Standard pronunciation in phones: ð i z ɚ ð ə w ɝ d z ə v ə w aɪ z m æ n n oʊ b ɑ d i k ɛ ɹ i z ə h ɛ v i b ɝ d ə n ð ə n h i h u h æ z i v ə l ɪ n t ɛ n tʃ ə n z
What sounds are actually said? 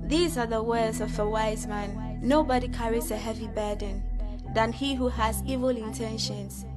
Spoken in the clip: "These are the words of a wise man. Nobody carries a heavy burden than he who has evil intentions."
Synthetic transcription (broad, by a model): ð i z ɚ ð ə w ɝ d z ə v ə w aɪ z m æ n n oʊ b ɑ d i k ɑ ɹ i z ə h ɛ v i b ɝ d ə n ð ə n h i h u h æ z i v ə l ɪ n t ɛ n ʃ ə n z